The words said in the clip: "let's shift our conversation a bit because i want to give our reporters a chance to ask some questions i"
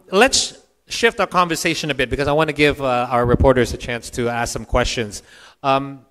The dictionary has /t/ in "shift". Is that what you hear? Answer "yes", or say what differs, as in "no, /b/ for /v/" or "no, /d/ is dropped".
yes